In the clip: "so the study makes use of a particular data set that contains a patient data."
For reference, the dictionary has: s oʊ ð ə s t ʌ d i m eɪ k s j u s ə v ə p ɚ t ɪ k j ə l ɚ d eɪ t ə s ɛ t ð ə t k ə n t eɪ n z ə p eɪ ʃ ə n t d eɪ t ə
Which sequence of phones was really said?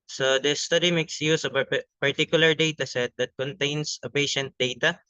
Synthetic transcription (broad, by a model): s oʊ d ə s t ʌ d i m eɪ k s j u s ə p ə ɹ t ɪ k j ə l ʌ d eɪ t ə s ɛ t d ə t k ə n t eɪ n s ə p eɪ ʃ ə n t d eɪ t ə